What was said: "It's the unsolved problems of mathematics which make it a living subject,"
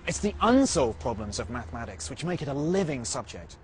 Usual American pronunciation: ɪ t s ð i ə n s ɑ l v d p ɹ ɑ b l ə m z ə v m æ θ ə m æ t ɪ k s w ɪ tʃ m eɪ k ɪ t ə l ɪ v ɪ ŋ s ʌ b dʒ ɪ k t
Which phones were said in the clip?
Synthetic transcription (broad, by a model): ɪ t s ð i ə n s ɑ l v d p ɹ ɑ b l ə m z ə v m æ θ ə m æ t ɪ k s w ɪ tʃ m eɪ k ɪ t ə l ɪ v ɪ ŋ s ʌ b dʒ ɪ k t